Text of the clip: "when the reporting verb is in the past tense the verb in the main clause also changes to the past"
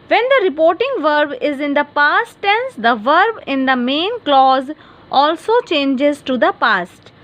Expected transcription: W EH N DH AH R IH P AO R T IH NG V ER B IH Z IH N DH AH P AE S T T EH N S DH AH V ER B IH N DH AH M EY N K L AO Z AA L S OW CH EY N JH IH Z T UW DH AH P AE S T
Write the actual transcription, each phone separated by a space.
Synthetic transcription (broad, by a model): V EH N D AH R IH P AO R T IH NG V ER B IH Z IH N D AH P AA S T T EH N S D AH V ER B IH N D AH M EY N K L AO Z AA L S OW CH EY N JH IH Z T UW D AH P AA S T